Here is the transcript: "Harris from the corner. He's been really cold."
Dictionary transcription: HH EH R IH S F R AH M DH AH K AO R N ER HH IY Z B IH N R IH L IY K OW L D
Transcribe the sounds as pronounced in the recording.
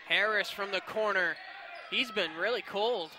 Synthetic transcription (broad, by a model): HH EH R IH S F R AH M DH AH K AO R N ER HH IY Z B IH N R IH L IY K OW L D